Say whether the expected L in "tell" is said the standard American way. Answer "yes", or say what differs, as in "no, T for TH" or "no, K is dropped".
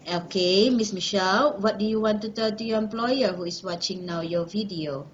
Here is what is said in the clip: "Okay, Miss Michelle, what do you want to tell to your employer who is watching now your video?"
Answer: no, N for L